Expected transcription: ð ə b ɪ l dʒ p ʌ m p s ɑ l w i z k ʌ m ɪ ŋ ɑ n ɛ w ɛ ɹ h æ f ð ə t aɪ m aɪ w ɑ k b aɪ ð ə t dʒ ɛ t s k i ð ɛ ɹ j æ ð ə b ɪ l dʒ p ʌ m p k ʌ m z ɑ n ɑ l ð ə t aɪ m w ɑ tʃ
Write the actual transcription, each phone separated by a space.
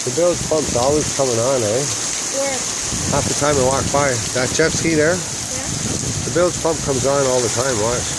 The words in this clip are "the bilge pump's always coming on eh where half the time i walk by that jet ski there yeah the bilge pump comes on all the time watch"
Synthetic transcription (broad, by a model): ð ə b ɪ l z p ʌ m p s ɑ l w i z k ʌ m ɪ ŋ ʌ n ɛ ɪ w h æ f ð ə t aɪ m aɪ w ɑ k b aɪ ð ə t tʃ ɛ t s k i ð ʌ ɹ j ð ə b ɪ l z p ʌ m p k ʌ m z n ɑ l ð ə t aɪ m w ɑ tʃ